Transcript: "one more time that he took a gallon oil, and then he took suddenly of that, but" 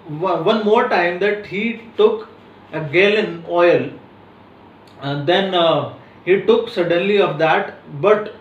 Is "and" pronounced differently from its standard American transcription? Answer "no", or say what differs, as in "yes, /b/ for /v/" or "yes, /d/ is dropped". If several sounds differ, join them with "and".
yes, /l/ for /n/